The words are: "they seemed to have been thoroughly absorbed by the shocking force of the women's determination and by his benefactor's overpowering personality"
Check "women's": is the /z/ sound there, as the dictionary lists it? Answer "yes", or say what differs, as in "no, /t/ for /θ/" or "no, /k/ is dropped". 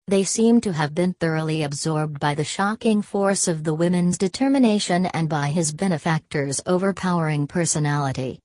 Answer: yes